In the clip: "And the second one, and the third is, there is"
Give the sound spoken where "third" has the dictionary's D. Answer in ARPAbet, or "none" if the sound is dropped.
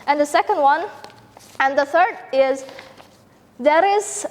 D